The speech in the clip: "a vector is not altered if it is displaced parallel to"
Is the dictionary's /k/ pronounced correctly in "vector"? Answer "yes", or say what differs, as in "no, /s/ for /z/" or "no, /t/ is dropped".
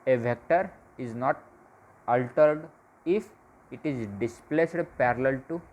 yes